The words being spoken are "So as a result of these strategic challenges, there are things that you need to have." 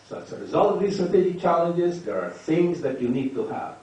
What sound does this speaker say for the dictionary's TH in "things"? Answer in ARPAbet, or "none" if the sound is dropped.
TH